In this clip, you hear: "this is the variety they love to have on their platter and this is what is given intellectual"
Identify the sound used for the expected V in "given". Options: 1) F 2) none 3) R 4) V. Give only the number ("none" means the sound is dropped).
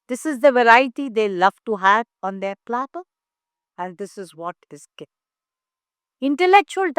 2